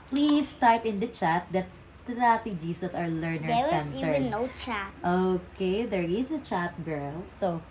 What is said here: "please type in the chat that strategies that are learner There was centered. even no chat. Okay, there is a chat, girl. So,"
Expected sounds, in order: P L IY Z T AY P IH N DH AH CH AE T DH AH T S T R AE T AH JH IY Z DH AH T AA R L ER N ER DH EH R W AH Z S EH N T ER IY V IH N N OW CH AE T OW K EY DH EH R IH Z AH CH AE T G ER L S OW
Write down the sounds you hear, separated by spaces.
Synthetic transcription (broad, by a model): P L IY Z T AY P IH N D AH CH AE T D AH T S T R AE T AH JH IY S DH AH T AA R L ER N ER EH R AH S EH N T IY IH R N OW CH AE T OW K EY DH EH R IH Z AH CH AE T G ER L S OW